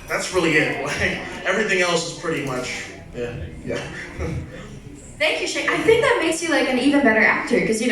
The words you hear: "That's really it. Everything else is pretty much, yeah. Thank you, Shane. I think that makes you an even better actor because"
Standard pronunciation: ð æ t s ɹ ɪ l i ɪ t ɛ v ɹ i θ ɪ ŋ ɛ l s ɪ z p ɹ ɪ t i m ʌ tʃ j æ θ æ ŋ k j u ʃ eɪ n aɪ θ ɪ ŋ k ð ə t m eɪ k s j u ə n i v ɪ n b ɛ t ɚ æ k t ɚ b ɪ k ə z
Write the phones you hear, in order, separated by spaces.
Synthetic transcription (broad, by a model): ð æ t s ɹ ɪ l i ɪ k ɛ v ɹ i θ ɪ ŋ ɛ l s ɪ z p ɹ ɪ t i m ʌ tʃ j æ θ æ ŋ k j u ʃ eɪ aɪ θ ɪ ŋ k ð ə t m eɪ k s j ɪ ə n i v ɪ n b ɛ t ɚ æ k t ɚ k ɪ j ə